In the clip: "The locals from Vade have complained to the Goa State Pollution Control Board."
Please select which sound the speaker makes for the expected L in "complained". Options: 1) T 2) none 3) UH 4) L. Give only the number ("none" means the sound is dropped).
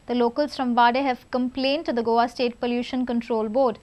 4